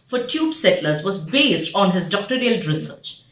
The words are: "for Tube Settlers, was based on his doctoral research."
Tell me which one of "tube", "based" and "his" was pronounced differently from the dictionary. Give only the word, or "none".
none